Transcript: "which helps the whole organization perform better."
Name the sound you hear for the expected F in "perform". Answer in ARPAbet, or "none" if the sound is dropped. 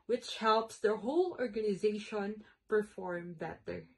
F